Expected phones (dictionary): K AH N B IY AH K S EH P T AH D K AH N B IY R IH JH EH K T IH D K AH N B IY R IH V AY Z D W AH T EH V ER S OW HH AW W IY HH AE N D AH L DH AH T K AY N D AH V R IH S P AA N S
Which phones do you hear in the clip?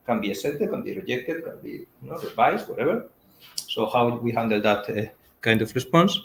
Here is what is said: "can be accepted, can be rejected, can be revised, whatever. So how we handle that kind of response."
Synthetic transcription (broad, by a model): K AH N B IY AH S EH T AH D K AH N B IY R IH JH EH K T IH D K AH N B IY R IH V AY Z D W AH T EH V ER S OW HH AW W IY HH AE N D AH L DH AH T K AY N D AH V R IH S P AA N S